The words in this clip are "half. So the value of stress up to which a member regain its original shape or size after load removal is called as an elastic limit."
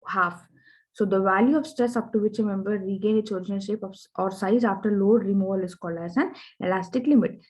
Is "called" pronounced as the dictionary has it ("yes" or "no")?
no